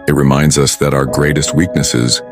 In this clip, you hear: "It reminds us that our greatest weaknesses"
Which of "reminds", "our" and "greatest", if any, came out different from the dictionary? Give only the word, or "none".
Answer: none